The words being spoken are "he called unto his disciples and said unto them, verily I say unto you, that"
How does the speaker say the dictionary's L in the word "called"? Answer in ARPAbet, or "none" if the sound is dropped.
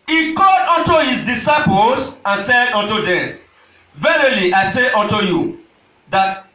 none